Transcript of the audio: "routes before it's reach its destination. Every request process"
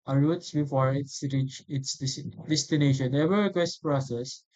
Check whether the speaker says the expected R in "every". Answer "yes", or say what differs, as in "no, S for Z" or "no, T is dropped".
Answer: no, R is dropped